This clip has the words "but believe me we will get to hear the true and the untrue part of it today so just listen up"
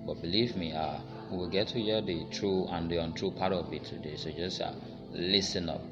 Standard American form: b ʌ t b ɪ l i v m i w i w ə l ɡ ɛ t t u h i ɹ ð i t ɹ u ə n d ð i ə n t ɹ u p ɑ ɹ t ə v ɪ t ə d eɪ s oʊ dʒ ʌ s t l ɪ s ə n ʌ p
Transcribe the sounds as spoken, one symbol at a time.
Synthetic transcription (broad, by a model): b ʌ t b ɪ l i v m i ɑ w ə l ɡ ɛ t t u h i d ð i t ɹ u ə n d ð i ə n t ɹ u p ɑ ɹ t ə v ɪ t ə d eɪ s oʊ dʒ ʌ s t l ɪ s ə n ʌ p